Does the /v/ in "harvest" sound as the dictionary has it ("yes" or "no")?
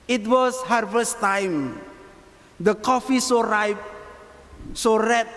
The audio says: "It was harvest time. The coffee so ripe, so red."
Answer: no